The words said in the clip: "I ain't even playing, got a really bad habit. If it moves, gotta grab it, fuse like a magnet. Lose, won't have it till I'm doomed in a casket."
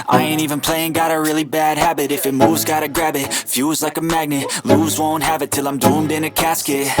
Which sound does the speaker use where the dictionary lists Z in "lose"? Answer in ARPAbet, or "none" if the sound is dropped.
Z